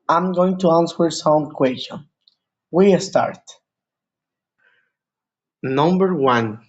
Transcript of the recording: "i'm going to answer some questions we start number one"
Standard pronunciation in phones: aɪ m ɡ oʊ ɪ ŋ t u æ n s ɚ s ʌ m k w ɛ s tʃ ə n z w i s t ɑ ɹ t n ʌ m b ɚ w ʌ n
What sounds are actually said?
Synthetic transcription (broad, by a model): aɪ m ɡ oʊ ɪ ŋ t u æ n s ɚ s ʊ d k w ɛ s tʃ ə n w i s t ɑ ɹ t n ʌ m b ɚ w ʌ n